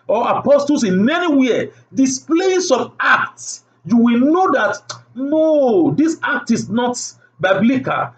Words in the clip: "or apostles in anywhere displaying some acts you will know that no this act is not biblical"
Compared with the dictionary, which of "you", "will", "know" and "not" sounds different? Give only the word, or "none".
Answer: none